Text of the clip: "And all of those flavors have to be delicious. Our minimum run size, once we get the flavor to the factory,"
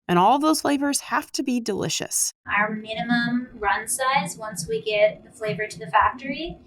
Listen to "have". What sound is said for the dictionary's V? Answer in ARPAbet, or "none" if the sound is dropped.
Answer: F